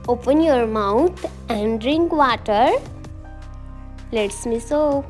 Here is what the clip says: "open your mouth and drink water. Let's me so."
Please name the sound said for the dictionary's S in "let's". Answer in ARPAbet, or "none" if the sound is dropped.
S